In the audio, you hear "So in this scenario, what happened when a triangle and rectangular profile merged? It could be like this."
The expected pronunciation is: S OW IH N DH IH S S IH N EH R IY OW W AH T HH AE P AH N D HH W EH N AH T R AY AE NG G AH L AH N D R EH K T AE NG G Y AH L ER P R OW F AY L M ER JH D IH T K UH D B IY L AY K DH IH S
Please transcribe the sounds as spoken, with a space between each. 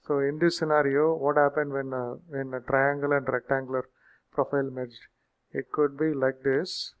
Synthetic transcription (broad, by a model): S OW IH N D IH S S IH N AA R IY OW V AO T HH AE P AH N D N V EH N AH T R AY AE NG G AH L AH N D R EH K T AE NG G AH L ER P R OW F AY L M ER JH IH T K UH D B IY L AY K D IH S